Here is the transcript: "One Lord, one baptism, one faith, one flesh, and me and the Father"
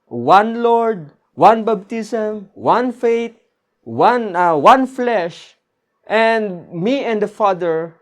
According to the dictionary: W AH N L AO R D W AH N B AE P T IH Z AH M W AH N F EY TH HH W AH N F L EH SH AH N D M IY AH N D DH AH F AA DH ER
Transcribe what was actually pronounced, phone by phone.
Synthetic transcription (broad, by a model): W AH N L AO R D W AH N B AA B T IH S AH M W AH N F EY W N W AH N F L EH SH AH N D M IY AH N D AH F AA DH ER